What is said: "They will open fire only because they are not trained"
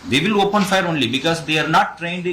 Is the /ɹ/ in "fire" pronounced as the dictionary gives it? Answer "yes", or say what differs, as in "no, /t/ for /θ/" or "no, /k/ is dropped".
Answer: yes